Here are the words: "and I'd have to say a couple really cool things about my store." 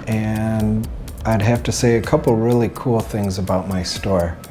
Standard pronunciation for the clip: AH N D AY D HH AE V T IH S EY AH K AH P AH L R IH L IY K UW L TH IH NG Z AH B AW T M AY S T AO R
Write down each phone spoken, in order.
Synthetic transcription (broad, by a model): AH N AY D HH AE F T IH S EY AH K AH P L R IH L IY K UW L TH IH NG Z AH B AW T M AY S T AO R